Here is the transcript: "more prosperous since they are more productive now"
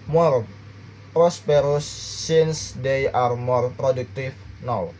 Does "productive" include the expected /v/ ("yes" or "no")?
no